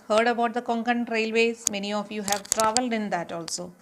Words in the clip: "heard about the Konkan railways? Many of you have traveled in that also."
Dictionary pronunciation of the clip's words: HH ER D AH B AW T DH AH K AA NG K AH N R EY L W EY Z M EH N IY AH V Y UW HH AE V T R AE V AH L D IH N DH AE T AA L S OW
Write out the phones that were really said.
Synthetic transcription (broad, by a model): HH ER D AH B AW T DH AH K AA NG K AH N R EY L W EY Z M EH N IY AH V Y UW HH AE V T R AE V AH L D IH N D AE T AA L S OW